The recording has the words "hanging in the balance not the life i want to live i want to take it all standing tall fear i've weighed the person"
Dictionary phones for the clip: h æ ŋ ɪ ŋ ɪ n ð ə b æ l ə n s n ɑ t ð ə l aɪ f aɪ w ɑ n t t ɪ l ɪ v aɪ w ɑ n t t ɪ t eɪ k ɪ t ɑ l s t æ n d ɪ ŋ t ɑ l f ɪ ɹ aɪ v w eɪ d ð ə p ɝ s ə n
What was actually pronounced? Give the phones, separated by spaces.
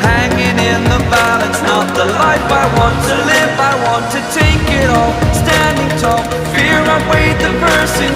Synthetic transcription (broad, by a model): h æ ŋ ɪ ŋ ɪ n ð ə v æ l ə s n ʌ t ð ə l aɪ f aɪ w ɑ n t t ɪ l ɪ v aɪ w ɑ n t t ɪ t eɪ k ɪ t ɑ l s t æ n d ɪ ŋ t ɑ f ɪ ɹ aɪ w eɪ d ð ə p ɝ s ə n